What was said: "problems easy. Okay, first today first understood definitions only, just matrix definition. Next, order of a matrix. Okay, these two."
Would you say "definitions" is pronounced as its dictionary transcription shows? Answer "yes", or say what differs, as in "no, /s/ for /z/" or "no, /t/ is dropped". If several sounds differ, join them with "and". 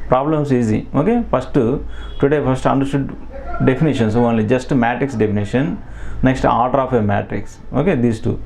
no, /s/ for /z/